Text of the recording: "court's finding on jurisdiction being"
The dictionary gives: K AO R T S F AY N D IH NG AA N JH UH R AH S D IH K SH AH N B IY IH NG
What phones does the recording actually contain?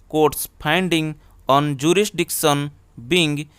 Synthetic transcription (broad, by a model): K AO R T S P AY N D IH NG AA N JH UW R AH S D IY K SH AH N B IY NG